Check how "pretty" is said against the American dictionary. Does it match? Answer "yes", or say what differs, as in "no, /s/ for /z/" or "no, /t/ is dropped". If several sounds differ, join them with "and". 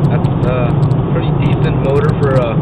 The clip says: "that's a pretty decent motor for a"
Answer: no, /f/ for /p/